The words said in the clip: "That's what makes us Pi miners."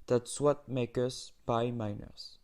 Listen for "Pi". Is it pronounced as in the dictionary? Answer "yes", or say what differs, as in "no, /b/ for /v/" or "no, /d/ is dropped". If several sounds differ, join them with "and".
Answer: no, /b/ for /p/